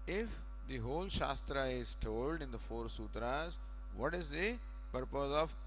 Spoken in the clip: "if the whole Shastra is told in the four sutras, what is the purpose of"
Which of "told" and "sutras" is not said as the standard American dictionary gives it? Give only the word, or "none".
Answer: none